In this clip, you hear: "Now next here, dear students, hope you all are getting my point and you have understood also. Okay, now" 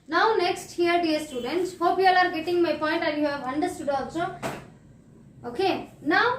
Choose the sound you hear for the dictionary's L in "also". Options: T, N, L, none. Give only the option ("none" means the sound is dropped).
none